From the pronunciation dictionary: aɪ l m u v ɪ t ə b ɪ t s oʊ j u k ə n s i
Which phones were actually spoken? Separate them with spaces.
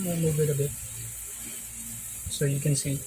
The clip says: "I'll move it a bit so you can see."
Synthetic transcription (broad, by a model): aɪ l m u b ɪ t ə b ɪ t s oʊ j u k ə n s i